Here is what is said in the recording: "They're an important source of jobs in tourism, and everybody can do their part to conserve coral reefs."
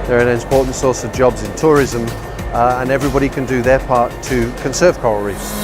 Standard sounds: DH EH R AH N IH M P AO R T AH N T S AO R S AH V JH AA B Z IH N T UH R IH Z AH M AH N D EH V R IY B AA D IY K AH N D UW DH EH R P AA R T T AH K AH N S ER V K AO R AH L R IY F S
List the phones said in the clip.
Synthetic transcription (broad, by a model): DH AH R AH N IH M P AO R T N T S AO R S AH V JH AA B Z IH N T UH R IH Z AH M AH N EH V R IY B AA D IY K AH N D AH DH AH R P AA R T T AH K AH N S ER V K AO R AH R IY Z